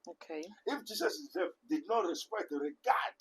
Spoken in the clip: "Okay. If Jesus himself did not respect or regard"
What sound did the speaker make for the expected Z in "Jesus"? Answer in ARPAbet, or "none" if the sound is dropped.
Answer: S